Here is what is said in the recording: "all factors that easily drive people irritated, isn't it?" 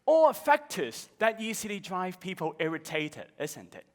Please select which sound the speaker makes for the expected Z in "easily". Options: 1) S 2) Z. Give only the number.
1